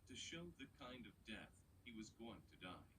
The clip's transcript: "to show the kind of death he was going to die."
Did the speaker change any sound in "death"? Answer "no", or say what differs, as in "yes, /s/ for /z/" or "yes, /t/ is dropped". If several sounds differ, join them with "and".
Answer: no